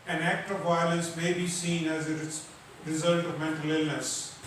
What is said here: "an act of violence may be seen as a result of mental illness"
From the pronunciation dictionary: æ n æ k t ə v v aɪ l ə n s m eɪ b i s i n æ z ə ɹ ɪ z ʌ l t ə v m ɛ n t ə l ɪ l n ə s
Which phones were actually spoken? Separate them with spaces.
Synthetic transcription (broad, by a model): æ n æ k t ə v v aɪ l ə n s m eɪ b i s i n æ z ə ɹ ɪ z ʌ l t ə v m ɛ n t ə l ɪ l n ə s